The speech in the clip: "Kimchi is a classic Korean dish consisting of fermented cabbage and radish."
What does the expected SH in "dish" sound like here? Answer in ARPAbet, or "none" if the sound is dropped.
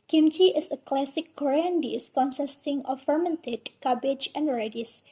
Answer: S